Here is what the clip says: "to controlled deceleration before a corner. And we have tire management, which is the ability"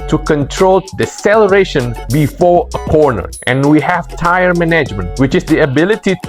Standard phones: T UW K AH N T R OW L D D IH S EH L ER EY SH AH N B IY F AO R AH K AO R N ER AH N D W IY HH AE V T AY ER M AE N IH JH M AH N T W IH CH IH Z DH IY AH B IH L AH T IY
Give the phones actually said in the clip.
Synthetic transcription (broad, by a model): T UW K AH N T R OW L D D IH S EH L ER EY SH AH N B IY F AO R AH K AO R N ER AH N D W IY HH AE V T AY ER M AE N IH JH M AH N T W IH CH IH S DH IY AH B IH L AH T IY